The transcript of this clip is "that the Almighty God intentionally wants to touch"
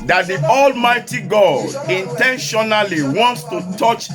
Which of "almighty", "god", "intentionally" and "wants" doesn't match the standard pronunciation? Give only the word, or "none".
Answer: none